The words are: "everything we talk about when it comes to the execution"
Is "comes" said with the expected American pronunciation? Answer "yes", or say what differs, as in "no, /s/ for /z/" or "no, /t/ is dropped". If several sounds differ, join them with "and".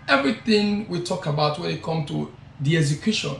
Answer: no, /z/ is dropped